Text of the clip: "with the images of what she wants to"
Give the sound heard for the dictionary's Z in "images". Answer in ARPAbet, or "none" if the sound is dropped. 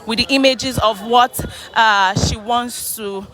Z